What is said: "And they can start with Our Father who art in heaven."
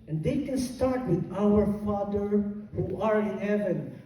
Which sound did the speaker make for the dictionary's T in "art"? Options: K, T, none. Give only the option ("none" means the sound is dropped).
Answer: none